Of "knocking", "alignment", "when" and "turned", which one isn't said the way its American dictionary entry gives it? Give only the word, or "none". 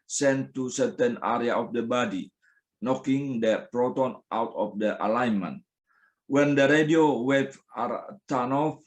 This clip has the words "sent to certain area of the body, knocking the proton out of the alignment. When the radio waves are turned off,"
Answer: turned